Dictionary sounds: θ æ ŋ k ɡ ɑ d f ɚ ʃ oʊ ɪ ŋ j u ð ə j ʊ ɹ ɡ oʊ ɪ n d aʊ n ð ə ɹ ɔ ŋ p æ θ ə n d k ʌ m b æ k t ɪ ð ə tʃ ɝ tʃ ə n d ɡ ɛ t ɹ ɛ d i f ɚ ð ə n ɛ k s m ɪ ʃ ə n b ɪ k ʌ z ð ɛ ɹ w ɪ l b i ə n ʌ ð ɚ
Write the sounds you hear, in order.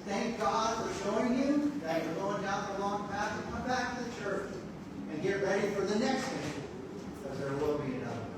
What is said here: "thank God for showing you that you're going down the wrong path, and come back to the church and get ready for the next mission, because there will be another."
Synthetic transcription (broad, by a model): θ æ ŋ k ɡ ɑ d f ɚ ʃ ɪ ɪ ŋ j u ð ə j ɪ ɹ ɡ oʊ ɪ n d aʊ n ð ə l ɔ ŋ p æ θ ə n k ʌ m b æ k t ɪ ð ə tʃ ɝ tʃ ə n ɡ ɛ t ɹ ɛ d i f ɚ ð ə n ɛ k s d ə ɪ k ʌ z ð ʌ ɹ w ɪ l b i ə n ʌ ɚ